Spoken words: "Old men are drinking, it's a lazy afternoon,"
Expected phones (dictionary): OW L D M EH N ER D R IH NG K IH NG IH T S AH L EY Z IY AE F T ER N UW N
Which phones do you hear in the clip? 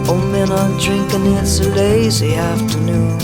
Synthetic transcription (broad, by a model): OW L M EH N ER D R IH NG K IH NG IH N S AH L EY Z IY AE F T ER N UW N